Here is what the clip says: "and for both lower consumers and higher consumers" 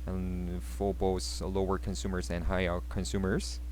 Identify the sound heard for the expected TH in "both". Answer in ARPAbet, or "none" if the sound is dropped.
S